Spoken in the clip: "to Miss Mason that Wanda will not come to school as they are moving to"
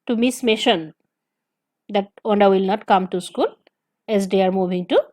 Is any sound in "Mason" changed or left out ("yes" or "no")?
yes